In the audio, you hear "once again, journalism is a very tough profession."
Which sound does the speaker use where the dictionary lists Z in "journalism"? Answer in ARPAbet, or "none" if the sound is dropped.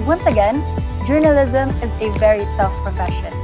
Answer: Z